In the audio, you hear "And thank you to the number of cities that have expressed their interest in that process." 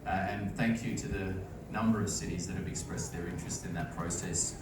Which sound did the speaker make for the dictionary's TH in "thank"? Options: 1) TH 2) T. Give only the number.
1